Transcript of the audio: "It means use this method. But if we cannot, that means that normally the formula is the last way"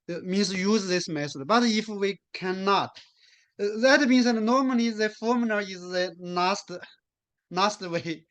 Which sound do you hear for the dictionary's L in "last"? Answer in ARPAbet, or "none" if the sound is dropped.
N